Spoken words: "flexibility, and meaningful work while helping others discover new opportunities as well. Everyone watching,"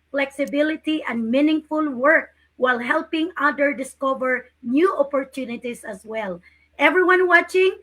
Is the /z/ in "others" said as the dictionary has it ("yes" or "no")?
no